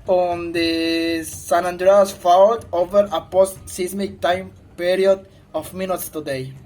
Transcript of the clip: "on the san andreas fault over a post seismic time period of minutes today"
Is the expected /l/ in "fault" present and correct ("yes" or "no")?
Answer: no